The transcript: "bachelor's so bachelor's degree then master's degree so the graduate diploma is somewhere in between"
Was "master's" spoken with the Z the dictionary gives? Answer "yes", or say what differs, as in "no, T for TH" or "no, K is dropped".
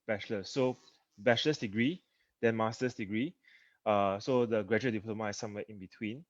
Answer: no, S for Z